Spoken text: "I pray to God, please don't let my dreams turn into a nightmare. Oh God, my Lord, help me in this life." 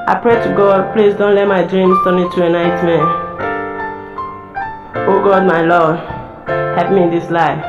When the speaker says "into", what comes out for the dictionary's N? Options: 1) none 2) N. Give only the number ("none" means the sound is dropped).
1